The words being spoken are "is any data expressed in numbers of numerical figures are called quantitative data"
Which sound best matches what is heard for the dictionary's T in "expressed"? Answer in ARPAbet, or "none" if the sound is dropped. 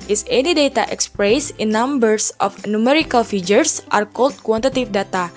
none